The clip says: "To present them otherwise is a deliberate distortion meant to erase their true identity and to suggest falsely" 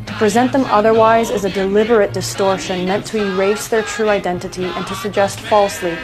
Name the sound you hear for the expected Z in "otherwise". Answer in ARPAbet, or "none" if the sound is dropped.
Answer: Z